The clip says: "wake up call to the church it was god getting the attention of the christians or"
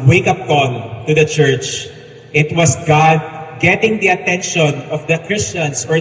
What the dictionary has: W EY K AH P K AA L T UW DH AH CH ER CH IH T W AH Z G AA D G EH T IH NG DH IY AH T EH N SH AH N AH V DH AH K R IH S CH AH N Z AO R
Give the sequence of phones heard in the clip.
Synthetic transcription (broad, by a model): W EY K AH P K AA N T UW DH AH CH ER CH IH T W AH S G AA D G EH T IH NG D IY AH T EH N SH AH N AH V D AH K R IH S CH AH N S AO R